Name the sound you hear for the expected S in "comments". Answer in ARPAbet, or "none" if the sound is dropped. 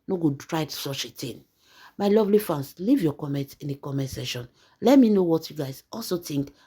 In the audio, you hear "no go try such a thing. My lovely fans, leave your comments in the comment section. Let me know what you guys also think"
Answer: none